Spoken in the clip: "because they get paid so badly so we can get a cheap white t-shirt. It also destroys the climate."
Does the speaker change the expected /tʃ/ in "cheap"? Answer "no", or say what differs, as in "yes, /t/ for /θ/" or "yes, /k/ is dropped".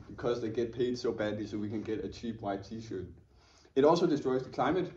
no